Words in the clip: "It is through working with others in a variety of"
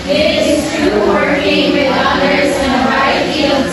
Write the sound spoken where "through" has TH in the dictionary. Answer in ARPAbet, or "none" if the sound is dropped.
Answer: T